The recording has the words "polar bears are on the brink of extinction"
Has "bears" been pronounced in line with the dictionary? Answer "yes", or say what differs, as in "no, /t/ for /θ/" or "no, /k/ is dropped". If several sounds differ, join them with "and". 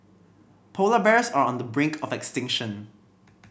no, /s/ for /z/